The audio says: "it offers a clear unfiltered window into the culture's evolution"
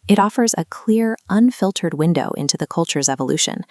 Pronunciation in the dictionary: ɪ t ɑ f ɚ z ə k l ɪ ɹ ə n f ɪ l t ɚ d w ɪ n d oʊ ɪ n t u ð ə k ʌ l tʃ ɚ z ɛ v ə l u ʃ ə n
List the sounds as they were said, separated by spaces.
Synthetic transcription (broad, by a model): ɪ t ɑ f ɚ z ə k l ɪ ɹ ə n f ɪ l t ɚ d w ɪ n d oʊ ɪ n t u ð ə k ʌ l tʃ ɚ z ɛ v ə l u ʃ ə n